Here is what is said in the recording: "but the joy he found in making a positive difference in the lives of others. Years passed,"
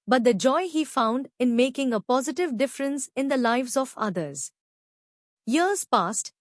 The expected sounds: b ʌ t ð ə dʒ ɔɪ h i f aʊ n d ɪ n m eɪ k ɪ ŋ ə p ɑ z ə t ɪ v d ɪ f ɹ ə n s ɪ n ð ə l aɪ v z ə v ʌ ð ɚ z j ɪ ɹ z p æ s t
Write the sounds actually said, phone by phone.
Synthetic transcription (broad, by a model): b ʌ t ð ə dʒ ɔɪ h i f aʊ n d ɪ n m eɪ k ɪ ŋ ə p ɑ z ə t ɪ v d ɪ f ɹ ə n s ɪ n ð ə l aɪ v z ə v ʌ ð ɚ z j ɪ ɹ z p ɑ s t